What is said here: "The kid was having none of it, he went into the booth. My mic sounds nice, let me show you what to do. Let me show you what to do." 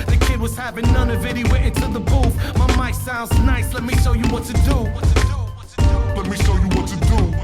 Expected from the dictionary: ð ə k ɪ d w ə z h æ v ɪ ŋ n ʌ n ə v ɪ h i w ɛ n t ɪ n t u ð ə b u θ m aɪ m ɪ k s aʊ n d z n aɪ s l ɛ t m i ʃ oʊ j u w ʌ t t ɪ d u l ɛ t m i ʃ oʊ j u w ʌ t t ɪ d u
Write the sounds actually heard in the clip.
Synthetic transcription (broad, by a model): ð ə k ɪ d w ə z h æ v ɪ ŋ n ʌ n ə v ɪ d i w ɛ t ɪ n t u ð ə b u f m aɪ m ɪ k s aʊ n d z n aɪ s l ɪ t m i ʃ oʊ j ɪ w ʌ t t ɪ d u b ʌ t m i ʃ oʊ j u w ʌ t t ɪ d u